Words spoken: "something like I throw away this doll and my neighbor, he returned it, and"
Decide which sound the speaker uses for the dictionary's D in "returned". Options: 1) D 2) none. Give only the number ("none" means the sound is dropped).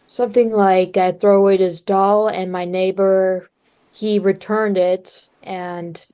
1